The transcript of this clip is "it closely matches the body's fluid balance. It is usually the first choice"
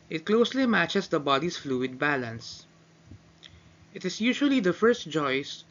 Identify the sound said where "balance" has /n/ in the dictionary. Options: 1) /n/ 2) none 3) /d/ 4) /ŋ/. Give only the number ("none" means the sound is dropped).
1